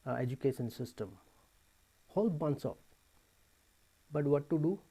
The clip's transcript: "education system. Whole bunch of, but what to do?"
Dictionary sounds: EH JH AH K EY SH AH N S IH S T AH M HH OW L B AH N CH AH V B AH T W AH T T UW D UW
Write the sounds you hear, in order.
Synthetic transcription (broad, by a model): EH JH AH K EY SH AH N S IH S T AH M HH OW L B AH N S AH F B AH T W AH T T UW D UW